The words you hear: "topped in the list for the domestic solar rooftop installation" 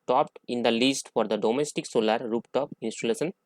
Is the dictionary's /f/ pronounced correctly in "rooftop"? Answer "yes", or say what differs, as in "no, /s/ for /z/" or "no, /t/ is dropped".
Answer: no, /p/ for /f/